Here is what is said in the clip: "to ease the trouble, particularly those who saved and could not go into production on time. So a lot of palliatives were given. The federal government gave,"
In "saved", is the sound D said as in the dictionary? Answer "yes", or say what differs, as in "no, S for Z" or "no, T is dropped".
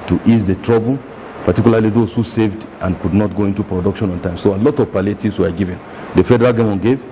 yes